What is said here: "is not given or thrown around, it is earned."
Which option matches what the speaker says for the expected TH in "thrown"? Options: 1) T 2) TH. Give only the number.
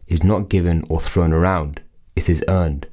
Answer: 2